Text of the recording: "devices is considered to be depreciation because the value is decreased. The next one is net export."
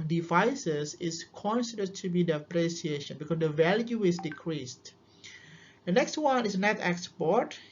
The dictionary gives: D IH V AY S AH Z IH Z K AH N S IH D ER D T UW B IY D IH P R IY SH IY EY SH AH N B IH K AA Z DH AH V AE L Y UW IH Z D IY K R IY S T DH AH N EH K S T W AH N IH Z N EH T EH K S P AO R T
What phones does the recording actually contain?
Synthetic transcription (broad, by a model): D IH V AY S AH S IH S K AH N S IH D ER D T UW B IY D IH P R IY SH IY EY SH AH N B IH K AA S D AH V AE L Y UW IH S D IY K R IY S T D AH N EH K S T W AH N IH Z N EH T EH K S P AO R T